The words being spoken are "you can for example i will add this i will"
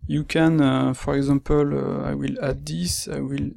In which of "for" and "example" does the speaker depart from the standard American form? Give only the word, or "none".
example